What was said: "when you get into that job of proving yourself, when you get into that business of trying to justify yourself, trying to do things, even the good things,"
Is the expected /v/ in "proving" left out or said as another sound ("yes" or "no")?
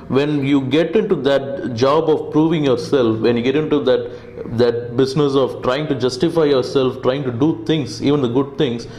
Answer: no